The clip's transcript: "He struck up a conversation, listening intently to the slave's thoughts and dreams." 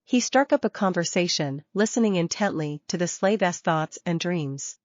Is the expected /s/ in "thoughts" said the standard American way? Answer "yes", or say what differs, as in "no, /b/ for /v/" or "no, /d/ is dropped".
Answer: yes